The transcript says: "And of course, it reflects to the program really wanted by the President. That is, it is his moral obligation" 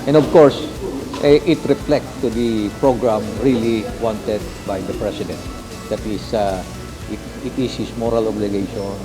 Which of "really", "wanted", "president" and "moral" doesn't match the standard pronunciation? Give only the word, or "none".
president